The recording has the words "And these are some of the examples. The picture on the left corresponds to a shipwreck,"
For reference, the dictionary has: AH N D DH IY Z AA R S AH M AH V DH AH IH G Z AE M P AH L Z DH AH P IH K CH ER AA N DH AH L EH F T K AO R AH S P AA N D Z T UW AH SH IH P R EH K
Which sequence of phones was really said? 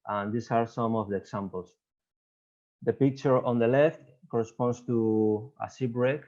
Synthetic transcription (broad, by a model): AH N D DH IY S AA R S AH M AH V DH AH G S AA M P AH L S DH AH P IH K CH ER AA N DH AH L EH F T K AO R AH S P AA N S T UW AH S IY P R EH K